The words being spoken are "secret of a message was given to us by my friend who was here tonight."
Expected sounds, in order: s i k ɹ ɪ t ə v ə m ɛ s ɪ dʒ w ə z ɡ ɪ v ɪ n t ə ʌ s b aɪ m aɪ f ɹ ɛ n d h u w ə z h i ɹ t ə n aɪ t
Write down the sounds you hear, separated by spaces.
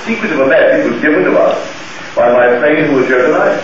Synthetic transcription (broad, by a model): s i k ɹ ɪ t ə v ə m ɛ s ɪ tʃ w ə z ɡ ɪ v ɪ n t ə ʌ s b aɪ m aɪ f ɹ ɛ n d h u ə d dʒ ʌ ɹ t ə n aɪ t